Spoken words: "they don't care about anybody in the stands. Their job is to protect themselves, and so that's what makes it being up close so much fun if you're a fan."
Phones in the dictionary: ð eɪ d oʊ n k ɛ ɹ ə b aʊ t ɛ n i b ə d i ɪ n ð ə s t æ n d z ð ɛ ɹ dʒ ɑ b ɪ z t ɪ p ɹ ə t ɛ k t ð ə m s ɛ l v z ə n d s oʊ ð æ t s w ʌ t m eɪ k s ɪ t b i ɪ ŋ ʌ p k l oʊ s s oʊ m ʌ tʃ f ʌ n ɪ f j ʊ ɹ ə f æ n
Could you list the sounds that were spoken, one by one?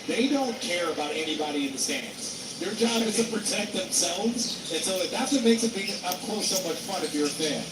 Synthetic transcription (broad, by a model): ð eɪ d oʊ n k ɛ ɹ ə b aʊ t ɛ n i b ə d i ɪ n ð ə s t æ n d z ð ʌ ɹ dʒ ɑ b ɪ z t ɪ p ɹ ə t ɛ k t ð ə m s ɛ l v z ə n s oʊ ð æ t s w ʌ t m eɪ k s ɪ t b i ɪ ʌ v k oʊ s s oʊ m ʌ tʃ f ʌ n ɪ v j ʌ ɹ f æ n